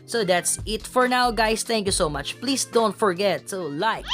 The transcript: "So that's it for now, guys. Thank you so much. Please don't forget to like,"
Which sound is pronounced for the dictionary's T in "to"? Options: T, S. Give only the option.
S